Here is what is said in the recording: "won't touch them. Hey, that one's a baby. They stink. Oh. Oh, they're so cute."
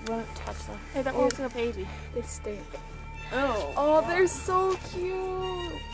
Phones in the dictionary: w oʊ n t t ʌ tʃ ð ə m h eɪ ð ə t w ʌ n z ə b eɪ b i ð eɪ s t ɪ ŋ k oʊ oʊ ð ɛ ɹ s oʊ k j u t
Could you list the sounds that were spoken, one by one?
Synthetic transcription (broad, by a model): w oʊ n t t ʌ tʃ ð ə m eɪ ð ə t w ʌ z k ə b eɪ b i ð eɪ s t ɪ k oʊ oʊ ð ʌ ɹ s oʊ k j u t